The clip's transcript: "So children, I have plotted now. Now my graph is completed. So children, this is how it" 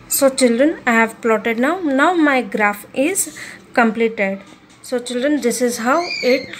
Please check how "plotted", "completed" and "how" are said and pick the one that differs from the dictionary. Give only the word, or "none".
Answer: none